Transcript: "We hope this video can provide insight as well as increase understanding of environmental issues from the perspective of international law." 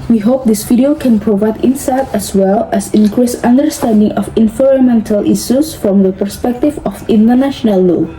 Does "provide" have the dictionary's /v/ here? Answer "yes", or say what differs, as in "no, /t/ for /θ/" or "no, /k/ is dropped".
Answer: yes